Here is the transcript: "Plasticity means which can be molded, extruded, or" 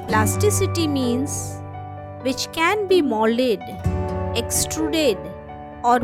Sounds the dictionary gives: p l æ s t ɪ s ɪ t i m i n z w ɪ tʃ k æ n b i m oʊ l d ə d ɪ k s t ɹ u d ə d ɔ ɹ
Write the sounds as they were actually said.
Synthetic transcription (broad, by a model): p l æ s t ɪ s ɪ t i m i n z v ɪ tʃ k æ n b i m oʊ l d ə d ɪ k s t ɹ u d ə d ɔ ɹ